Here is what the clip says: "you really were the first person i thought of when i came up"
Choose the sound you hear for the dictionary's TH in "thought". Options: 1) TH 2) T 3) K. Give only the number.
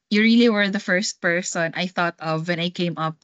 1